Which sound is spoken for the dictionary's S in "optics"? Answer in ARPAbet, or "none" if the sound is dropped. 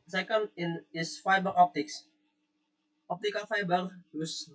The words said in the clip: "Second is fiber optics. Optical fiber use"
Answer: S